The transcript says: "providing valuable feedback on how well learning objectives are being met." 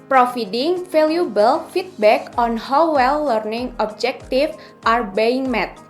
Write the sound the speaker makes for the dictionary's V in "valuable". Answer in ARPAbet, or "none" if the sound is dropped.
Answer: F